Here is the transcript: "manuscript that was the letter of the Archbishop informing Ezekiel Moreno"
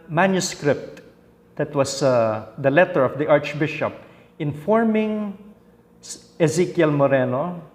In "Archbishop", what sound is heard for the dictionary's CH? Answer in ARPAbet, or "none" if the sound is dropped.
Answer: CH